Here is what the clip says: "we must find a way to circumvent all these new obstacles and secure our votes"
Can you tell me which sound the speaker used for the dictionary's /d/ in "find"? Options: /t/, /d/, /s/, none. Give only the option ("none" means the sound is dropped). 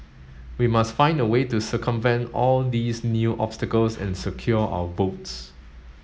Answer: /d/